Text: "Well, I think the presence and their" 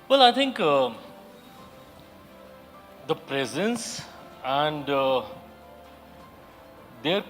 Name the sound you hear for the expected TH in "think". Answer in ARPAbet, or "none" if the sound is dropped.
T